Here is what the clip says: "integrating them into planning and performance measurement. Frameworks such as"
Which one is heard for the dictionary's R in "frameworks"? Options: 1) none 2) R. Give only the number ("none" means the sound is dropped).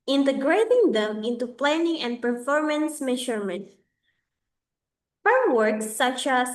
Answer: 1